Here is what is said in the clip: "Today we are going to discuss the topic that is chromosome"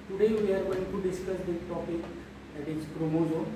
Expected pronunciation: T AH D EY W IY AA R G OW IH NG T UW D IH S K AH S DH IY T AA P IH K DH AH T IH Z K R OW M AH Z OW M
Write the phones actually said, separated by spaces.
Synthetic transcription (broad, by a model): T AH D EY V IY AA R G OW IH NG T UW D IH S K AH S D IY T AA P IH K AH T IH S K R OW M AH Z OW